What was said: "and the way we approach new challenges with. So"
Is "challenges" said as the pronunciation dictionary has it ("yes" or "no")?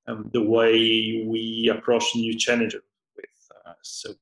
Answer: no